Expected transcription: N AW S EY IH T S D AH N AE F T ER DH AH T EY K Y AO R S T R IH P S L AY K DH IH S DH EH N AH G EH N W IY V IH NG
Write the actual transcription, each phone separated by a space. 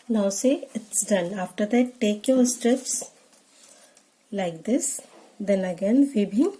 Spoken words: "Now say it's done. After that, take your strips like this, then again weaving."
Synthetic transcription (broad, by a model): N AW S EY IH T S D AH N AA F T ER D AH T EY K Y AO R S T R IH P S L AY K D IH S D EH N AH G EH N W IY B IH